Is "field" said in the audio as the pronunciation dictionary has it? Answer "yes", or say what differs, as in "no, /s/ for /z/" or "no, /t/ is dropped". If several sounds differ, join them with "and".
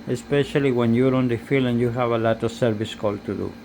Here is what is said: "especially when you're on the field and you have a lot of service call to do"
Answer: no, /d/ is dropped